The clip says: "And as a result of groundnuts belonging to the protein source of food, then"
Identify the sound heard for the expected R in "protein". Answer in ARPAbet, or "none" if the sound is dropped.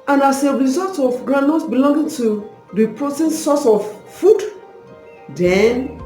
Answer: R